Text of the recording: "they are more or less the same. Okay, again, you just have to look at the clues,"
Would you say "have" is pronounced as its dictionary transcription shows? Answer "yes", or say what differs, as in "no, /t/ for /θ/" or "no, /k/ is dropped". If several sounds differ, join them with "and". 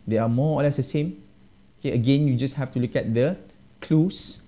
no, /f/ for /v/